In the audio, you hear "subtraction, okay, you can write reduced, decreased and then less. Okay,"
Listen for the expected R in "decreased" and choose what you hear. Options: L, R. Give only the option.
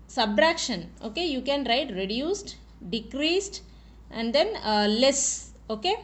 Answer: R